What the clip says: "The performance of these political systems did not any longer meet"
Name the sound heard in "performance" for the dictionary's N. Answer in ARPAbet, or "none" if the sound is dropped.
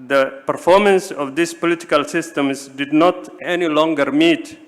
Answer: N